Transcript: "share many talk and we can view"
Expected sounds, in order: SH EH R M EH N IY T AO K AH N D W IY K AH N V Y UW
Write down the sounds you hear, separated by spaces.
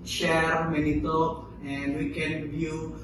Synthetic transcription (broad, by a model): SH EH R M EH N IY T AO AH N D W IY K AH N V Y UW